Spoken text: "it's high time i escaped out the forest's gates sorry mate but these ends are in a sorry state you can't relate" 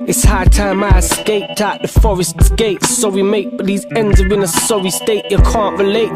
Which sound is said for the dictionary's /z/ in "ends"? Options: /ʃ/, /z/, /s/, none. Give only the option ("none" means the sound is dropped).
/z/